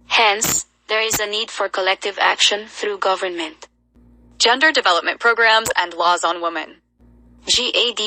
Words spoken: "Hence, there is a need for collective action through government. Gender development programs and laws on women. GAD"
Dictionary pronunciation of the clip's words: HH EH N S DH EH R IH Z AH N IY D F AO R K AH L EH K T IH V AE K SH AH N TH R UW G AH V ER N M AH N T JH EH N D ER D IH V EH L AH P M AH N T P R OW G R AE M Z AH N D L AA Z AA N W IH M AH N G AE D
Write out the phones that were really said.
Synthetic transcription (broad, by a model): HH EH N S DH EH R IH Z AH N IY D F AO R K AH L EH K T IH V AE K SH AH N TH R UW G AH V ER N M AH N T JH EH N D ER D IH V EH L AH P M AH N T P R OW G R AE M Z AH N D L AA Z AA N W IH M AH N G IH D